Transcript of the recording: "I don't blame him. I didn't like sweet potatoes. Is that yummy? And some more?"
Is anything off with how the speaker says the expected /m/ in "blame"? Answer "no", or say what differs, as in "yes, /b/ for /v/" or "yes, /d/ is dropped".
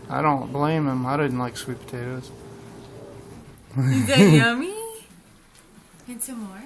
no